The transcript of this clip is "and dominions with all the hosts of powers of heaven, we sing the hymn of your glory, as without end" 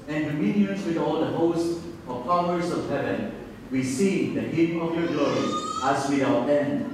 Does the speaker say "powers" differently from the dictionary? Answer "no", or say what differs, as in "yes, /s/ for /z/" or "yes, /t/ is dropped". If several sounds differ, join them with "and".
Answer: yes, /s/ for /z/